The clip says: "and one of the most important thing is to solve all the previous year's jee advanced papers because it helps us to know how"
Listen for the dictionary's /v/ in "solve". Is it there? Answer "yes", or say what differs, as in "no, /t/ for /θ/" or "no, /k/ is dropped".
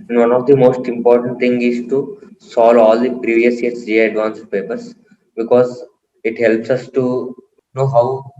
no, /v/ is dropped